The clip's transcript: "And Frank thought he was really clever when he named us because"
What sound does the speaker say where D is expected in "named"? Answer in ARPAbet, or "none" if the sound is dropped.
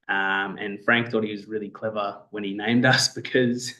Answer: D